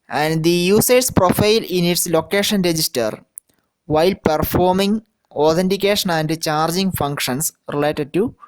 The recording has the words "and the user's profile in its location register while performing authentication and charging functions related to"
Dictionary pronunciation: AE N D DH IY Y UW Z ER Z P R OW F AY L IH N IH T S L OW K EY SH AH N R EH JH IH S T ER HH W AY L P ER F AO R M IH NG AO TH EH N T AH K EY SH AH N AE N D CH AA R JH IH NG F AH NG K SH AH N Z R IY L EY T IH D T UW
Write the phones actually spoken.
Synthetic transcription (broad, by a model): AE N D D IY Y UW S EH S P R OW F AY L IH N IH T S L OW K EY SH AH N R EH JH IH S T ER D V AY L P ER F AO R M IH NG AO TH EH N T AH K EY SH AH N AE N D CH AA R JH IH NG F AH NG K SH AH N S R IY L EY T IH D T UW